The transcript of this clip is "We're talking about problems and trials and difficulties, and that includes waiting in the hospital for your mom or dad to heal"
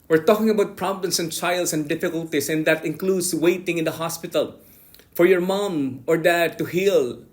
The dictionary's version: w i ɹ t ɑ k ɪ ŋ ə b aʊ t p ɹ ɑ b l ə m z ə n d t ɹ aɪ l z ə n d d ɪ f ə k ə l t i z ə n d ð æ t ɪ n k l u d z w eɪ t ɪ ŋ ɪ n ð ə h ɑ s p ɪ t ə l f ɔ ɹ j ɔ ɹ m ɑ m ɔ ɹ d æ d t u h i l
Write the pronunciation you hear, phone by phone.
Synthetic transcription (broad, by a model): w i ɹ t ɑ k ɪ ŋ ə b aʊ t p ɹ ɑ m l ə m s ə n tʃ aɪ l s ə n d d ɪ f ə k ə l t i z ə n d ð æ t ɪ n k l u d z w eɪ t ɪ ŋ ɪ n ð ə h ɑ s p ɪ t ə l f ɔ ɹ j ɔ ɹ m ɑ m ɔ ɹ d æ d t u h i l